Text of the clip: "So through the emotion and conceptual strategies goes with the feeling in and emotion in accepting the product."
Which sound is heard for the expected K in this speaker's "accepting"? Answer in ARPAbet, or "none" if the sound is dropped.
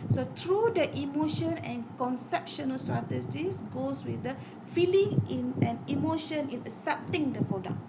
none